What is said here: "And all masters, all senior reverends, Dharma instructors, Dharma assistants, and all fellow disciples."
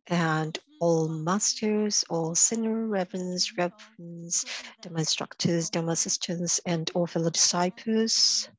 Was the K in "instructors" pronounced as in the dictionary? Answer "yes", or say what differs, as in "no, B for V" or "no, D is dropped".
yes